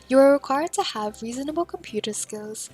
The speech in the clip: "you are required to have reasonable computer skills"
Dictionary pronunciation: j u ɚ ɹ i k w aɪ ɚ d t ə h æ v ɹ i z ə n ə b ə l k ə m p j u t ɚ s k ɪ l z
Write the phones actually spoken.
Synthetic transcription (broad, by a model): j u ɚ ɹ i k w aɪ ɚ d t ə h æ v ɹ i z ə n ə b ə l k ə m p j u t ɚ s k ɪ l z